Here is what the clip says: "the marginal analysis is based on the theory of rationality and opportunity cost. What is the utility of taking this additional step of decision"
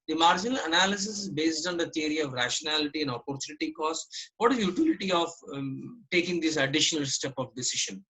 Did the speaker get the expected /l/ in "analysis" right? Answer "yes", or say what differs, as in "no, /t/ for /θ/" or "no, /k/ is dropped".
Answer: yes